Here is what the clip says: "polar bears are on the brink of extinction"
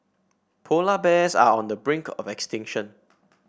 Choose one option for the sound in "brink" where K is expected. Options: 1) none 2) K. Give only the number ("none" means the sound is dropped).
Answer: 2